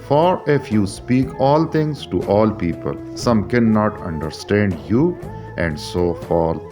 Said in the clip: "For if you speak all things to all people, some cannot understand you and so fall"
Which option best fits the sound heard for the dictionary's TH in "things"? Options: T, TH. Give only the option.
T